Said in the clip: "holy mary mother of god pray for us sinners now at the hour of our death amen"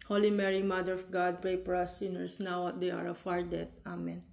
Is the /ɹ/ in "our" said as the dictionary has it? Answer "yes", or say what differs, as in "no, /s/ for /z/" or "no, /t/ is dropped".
yes